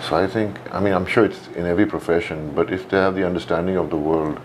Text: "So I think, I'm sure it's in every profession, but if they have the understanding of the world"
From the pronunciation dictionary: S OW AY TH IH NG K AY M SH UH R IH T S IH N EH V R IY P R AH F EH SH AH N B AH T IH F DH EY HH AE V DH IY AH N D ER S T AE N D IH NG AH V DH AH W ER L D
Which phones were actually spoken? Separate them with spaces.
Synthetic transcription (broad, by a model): S OW AY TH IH NG K AY M SH UH R IH T S IH N EH V R IY P R AH F EH SH AH N B AH T IH F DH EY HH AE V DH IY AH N D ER S T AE N D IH NG AH V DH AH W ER L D